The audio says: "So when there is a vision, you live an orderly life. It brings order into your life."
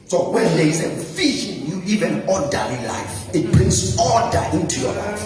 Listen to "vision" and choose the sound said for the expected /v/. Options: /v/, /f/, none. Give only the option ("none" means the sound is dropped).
/f/